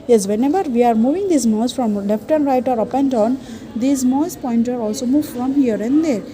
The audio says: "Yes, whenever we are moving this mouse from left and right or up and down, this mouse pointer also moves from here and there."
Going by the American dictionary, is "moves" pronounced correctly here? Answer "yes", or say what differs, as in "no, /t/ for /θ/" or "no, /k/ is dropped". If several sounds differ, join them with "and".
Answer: no, /z/ is dropped